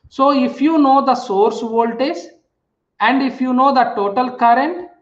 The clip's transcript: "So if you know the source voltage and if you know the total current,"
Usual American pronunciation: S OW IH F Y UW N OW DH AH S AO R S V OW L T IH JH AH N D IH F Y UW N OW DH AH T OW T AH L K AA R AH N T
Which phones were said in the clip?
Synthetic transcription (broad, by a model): S OW IH F Y UW N OW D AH S AO R S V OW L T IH Z AH N D IH F Y UW N OW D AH T OW T AH L K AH R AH N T